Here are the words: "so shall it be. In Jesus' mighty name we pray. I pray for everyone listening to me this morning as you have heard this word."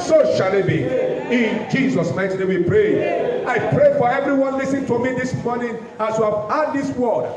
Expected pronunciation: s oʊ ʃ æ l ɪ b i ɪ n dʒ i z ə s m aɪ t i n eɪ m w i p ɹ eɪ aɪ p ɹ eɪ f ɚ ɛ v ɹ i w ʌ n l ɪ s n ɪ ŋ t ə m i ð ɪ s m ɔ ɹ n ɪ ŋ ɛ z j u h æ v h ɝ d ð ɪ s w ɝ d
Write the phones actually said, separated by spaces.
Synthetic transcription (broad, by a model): s oʊ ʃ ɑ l ɪ b i ɪ n dʒ i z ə s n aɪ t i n eɪ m w i p ɹ eɪ aɪ p ɹ eɪ f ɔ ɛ v ɹ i w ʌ n l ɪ s ɪ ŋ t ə m i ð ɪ s m ɔ n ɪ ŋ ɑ s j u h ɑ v h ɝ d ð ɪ s w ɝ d